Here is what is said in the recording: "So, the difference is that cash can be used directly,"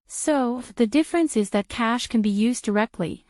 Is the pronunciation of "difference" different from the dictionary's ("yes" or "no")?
no